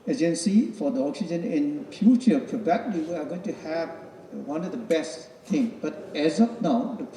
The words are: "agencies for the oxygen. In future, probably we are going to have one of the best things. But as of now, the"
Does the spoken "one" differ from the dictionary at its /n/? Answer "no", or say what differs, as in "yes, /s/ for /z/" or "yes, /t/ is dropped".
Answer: no